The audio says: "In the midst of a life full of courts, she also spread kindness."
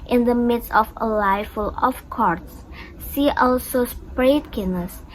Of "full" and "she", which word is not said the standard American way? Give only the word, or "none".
she